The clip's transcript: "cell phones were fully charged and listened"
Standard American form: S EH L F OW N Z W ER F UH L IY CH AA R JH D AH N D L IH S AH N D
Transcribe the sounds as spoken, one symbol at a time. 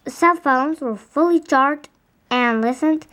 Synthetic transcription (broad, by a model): S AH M F OW N Z W ER F UH L IY CH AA R D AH N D L IH S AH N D